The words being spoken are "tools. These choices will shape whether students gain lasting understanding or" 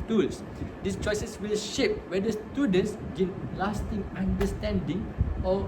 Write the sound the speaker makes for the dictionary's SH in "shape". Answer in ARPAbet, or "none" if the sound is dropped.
SH